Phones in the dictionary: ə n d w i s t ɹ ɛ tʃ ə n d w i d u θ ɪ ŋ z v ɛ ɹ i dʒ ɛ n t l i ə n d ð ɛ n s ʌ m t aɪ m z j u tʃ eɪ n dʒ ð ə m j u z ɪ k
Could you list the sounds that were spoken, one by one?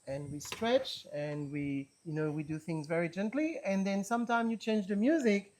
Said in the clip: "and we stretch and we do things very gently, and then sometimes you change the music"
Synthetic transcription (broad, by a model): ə n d w i s t ɹ ɛ tʃ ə n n w i d u θ ɪ ŋ z v ɛ ɹ i dʒ ɛ n t l i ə n ð ɛ n s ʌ m t aɪ m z j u tʃ eɪ n dʒ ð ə m j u z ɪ k